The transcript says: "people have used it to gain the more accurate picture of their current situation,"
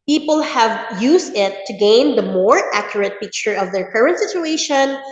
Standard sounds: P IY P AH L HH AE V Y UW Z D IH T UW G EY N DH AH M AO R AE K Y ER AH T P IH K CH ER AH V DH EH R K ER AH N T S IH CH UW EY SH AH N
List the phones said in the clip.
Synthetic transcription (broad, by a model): P IY P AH L HH AE V Y UW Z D IH T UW G EY N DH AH M AO R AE K Y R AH T P IH K CH ER AH V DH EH R K ER AH N T S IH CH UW EY SH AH N